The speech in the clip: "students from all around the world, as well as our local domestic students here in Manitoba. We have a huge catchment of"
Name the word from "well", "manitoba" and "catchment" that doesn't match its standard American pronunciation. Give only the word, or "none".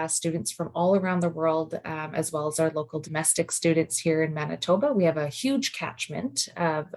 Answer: none